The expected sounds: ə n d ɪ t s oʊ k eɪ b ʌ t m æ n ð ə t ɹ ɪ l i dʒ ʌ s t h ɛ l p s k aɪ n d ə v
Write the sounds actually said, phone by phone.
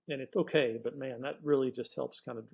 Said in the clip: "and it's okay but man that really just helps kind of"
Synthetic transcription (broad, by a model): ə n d ɪ t s oʊ k eɪ b ʌ t m æ n ð ə t ɹ ɪ l i dʒ ʌ s t h ɛ l p s k aɪ n d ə